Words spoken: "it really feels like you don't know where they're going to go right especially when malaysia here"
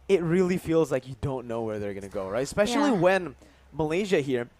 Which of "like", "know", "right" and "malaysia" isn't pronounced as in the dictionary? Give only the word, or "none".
none